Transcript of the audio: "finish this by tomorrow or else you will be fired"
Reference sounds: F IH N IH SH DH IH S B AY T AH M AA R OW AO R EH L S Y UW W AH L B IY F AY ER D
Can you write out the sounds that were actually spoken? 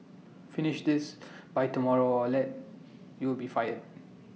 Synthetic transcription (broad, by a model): F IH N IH SH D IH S B AY T AH M AA R OW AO L EH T Y UW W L B IY F AY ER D